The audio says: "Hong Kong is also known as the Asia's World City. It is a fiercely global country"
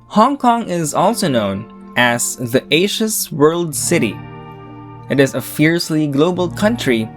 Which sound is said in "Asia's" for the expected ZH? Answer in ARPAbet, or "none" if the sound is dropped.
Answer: SH